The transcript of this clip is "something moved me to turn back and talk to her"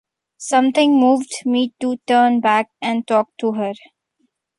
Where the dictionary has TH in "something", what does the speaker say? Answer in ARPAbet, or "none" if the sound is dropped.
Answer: T